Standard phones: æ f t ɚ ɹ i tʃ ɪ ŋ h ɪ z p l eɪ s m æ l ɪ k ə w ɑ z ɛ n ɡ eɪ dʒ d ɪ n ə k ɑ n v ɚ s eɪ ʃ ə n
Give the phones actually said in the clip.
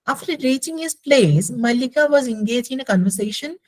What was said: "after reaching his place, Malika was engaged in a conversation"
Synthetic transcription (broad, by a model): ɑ f t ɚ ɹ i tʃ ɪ ŋ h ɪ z p l eɪ s m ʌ l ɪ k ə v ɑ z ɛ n ɡ eɪ dʒ ɪ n ə k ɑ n v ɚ s eɪ ʃ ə n